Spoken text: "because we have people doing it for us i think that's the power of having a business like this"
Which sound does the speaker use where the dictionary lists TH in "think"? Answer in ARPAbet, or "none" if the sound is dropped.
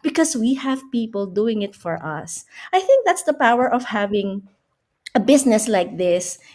TH